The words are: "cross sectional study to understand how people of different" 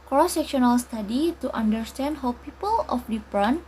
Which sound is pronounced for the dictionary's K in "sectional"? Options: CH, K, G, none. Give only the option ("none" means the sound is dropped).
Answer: K